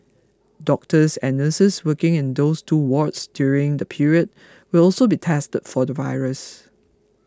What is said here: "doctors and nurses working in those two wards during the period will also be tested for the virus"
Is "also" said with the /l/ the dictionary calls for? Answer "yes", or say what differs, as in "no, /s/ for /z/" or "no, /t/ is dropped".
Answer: yes